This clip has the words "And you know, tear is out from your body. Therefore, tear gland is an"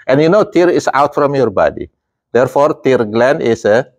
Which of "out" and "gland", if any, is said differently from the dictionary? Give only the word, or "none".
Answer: gland